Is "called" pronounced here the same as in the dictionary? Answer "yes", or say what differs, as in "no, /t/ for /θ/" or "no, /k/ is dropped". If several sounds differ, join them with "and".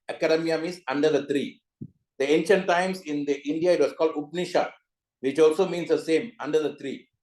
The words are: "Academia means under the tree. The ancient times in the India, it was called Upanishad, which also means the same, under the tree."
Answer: yes